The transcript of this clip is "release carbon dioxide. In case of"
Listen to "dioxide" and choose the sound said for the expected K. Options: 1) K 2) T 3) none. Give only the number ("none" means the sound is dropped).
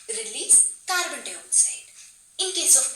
3